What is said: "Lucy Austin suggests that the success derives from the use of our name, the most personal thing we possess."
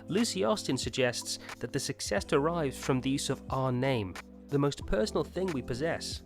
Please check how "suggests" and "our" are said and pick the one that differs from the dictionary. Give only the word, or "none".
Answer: none